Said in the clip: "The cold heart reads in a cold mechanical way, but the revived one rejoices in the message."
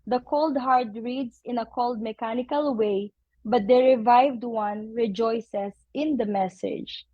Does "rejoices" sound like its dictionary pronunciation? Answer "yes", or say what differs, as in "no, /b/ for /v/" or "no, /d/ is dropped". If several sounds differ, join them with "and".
no, /s/ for /z/